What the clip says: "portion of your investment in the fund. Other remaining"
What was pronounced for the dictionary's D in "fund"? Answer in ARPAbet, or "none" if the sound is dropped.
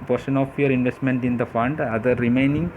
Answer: D